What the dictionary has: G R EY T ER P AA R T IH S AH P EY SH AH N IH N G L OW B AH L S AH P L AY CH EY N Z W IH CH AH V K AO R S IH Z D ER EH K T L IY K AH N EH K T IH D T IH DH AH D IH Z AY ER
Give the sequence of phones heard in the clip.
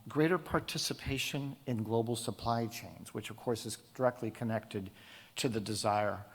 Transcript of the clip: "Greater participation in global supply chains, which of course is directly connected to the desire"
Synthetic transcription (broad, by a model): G R EY T ER P AA R T IH S AH P EY SH AH N IH N G L OW B L S AH P L AY CH EY N Z W IH CH AH V K AO R S IH Z D ER EH K T L IY K AH N EH K T IH D T IH DH AH D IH Z AY ER